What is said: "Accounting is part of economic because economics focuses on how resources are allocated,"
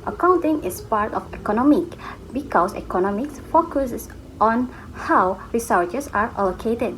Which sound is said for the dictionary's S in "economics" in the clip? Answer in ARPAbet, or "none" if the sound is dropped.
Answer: S